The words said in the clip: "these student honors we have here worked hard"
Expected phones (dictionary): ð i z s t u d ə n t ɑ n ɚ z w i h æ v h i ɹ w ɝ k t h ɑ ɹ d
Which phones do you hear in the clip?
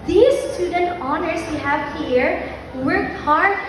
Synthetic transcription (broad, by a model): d i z s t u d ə n t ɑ n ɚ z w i h æ v h i ɹ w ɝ t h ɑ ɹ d